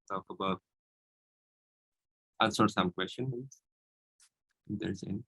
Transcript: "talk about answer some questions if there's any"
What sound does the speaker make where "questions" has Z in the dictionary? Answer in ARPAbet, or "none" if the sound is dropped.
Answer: none